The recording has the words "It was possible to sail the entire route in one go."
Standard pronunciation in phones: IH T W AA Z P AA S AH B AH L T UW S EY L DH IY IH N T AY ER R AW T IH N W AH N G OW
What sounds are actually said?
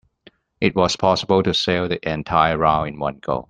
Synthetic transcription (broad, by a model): IH T W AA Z P AA S AH B AH L T UW S EY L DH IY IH N T AY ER R AW IH N W AH N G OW